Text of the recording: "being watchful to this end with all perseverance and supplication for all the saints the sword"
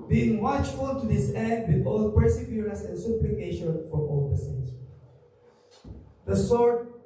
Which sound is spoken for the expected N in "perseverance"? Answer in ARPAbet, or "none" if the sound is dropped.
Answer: none